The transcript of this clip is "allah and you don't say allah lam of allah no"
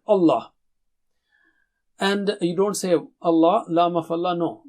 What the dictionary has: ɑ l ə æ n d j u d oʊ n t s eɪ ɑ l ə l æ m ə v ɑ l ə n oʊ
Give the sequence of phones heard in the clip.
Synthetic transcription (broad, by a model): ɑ l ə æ n d j u d oʊ n t s eɪ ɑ l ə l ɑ m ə f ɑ l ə n oʊ